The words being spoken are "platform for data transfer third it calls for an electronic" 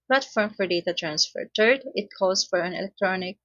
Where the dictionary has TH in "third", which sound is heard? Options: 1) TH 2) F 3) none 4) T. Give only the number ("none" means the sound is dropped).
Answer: 4